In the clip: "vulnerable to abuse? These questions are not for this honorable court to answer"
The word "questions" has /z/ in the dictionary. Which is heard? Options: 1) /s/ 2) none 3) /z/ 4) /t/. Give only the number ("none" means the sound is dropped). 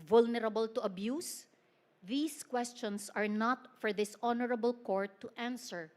1